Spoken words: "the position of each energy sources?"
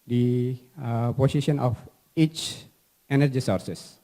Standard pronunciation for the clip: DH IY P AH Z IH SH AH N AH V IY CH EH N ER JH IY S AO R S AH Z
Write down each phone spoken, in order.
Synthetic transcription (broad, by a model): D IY P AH S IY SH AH N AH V IY CH EH N ER JH IY S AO R S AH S